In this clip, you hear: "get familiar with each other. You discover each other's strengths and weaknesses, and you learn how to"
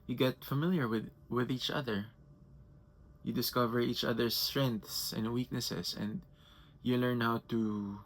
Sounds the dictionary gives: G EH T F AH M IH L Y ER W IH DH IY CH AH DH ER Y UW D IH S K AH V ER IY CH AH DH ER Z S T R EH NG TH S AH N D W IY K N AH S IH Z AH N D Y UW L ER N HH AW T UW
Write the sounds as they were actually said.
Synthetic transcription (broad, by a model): G EH T F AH M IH L Y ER W IH DH IY CH AH DH ER Y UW D IH S K AH V ER IY CH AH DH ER S T R EH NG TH S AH N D W IY K N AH S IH S AH N D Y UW L ER N HH AW T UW